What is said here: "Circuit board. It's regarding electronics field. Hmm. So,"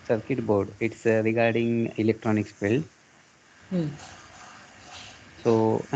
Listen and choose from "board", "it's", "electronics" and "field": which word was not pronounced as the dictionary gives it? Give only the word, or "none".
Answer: field